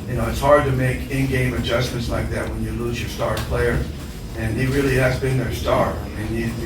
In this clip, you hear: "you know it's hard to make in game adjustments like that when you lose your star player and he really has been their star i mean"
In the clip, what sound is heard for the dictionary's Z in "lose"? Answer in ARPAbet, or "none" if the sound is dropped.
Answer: Z